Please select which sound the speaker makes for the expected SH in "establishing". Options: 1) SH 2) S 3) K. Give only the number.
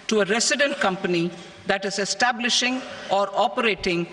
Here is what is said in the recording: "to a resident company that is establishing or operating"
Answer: 1